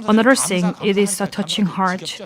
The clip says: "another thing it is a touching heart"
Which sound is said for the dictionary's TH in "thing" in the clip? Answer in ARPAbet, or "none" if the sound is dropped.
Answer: S